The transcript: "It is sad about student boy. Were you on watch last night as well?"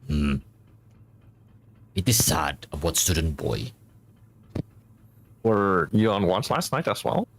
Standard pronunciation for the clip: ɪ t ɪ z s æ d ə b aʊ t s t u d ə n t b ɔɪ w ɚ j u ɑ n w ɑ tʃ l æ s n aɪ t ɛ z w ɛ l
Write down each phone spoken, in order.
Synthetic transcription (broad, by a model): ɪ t ɪ z s æ d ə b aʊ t s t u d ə n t b ɔɪ w ɚ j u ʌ n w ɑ s l æ s n aɪ t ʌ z w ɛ l